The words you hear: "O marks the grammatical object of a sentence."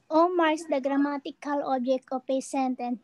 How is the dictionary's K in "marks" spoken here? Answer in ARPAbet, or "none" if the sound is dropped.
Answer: none